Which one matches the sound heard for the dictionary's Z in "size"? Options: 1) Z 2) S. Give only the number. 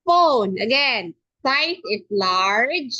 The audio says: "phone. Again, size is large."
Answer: 2